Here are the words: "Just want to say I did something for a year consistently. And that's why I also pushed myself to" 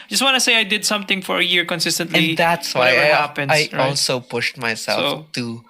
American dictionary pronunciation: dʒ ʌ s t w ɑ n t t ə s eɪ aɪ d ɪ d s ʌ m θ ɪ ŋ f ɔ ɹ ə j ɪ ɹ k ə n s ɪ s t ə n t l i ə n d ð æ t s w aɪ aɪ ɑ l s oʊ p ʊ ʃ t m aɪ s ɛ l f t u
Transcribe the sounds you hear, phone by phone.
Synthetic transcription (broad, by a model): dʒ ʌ s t w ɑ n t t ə s eɪ aɪ d ɪ d s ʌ m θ ɪ ŋ f ɔ ɹ ə j ɪ ɹ k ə n s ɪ s t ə n t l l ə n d ð æ t s w aɪ aɪ ɑ l s oʊ p ʊ ʃ t m aɪ s ɛ l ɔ t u